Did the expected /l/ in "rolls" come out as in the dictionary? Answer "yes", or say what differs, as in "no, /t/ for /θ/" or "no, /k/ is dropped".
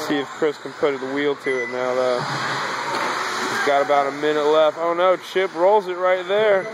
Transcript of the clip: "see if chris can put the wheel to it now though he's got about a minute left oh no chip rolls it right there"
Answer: yes